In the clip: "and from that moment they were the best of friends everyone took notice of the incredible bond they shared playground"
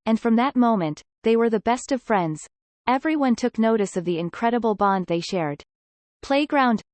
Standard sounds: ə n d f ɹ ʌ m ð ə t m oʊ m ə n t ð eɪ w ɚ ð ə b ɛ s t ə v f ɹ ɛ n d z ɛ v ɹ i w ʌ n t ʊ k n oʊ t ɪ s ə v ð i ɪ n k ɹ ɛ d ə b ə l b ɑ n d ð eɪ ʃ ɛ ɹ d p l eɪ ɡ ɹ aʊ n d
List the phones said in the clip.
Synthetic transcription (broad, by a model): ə n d f ɹ ʌ m ð ə t m oʊ m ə n ð eɪ w ɚ ð ə b ɛ s t ə v f ɹ ɛ n d z ɛ v ɹ i w ʌ n t ʊ k n oʊ t ɪ s ə v ð i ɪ n k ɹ ɛ d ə b l b ɑ n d ð eɪ ʃ ɛ ɹ d p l eɪ ɡ ɹ aʊ n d